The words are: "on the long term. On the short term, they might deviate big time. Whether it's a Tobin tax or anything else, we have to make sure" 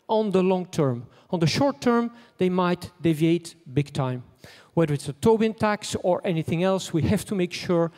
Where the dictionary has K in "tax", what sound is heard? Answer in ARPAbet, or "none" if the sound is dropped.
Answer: K